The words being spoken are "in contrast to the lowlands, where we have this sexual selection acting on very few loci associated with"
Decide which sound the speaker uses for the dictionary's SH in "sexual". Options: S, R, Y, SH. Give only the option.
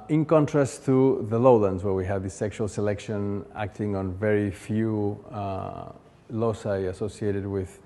SH